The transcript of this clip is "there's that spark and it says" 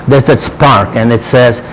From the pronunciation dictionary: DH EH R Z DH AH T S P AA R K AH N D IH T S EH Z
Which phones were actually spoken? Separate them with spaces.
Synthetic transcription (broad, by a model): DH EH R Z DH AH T S P AA R K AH N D IH T S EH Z